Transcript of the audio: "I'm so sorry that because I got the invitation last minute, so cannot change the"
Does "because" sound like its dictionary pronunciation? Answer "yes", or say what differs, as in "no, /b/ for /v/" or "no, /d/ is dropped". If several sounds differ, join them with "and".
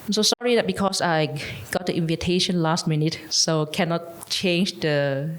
no, /s/ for /z/